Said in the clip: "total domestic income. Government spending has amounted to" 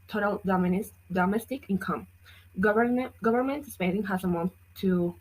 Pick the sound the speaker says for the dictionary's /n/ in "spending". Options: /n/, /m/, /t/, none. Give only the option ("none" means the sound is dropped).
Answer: none